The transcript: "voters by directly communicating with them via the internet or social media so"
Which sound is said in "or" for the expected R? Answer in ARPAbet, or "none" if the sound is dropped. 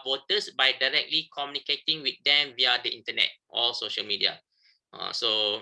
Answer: L